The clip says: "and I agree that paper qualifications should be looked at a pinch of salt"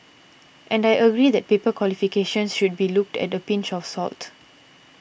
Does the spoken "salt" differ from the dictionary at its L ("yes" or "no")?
no